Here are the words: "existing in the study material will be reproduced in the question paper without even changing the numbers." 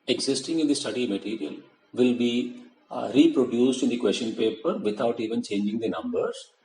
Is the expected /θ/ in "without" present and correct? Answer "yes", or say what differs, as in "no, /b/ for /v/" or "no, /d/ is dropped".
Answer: no, /t/ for /θ/